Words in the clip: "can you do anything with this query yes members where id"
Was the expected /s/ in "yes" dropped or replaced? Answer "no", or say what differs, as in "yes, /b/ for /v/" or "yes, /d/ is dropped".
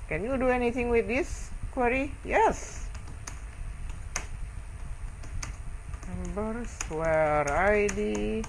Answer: no